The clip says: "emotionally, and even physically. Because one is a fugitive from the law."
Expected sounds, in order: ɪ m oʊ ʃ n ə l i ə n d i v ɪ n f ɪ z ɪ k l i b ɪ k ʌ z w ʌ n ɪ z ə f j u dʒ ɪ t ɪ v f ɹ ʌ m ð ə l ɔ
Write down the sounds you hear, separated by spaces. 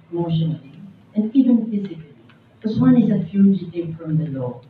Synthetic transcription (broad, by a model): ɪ m oʊ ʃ n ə l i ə n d i v ɪ n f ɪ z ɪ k i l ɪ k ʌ s w ʌ n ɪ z ə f j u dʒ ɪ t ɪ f ɹ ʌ m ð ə l ɔ